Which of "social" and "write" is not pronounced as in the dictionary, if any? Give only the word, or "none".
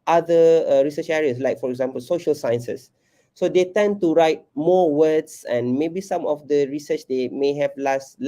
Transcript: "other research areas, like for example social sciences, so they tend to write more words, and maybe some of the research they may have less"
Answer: none